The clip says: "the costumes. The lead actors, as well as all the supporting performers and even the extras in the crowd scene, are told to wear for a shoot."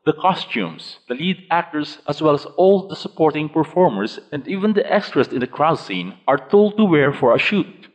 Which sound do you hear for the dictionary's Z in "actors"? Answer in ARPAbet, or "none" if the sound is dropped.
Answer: S